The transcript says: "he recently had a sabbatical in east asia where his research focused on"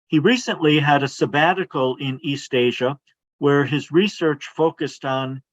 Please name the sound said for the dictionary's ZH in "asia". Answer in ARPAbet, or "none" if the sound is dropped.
ZH